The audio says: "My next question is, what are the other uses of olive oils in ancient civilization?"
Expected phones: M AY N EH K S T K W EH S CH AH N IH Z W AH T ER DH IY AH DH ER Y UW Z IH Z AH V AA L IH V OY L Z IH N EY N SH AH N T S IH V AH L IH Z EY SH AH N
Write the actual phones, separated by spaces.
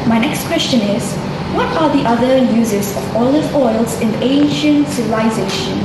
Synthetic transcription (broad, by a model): M AY N EH K S T K W EH S CH AH N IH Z W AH T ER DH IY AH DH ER Y UW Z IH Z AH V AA L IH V OY L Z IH N EY N SH AH N T S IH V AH L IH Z EY SH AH N